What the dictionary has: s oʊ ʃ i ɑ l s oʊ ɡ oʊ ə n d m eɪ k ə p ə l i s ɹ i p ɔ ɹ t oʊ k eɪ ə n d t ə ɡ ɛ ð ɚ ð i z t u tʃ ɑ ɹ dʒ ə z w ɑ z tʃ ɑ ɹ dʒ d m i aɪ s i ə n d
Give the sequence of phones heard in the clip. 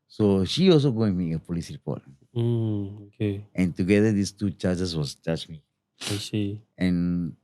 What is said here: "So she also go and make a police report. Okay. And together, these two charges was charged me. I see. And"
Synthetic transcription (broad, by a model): s oʊ ʃ i ɑ l s oʊ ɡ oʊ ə m eɪ k ə p ə l i s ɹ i p ɔ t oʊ k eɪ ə n t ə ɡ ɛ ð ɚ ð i s t u tʃ ɑ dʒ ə s w ɑ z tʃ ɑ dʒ m i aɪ s i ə n